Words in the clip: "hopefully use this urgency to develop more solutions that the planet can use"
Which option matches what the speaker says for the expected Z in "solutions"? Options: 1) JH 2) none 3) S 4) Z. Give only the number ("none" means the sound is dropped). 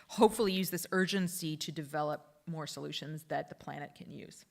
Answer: 4